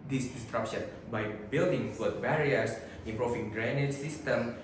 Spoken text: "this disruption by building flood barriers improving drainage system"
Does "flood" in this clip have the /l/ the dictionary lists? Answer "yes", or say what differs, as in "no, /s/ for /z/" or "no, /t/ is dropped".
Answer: no, /l/ is dropped